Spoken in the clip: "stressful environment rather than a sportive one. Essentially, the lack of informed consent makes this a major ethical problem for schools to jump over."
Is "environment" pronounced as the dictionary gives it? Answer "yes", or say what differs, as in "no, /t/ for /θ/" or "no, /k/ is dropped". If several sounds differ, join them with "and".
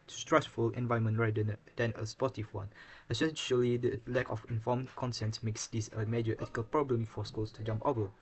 no, /ɹ/ is dropped and /n/ is dropped